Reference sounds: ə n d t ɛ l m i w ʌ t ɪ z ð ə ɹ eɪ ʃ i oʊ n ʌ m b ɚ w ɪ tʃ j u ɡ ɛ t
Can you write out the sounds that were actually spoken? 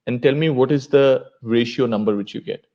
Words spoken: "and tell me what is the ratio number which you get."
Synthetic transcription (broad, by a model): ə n d t ɛ l m i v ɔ t ɪ z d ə ɹ eɪ ʃ i oʊ n ʌ m b ɚ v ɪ tʃ j u ɡ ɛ t